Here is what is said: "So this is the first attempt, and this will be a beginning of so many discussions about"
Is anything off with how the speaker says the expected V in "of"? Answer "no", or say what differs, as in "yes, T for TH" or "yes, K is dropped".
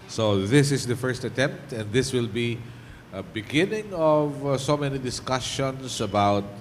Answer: no